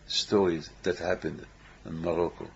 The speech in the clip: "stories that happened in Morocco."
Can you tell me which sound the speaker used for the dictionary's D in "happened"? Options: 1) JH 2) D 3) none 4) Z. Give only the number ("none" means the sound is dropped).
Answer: 2